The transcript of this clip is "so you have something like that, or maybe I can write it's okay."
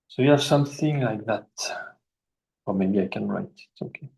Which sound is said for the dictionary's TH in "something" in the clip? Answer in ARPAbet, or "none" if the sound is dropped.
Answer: TH